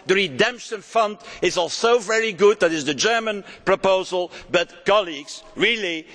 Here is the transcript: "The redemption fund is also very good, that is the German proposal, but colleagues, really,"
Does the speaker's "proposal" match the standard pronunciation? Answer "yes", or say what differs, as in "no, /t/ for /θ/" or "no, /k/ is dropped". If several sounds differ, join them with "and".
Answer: yes